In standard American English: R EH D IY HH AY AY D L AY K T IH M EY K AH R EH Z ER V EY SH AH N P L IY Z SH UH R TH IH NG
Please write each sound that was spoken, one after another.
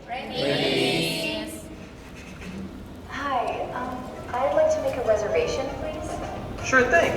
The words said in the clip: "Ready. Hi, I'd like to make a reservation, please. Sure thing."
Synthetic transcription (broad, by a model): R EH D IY HH AY AY D L AY K T IH M EY K AH R EH Z ER V EY SH AH N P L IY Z SH UH R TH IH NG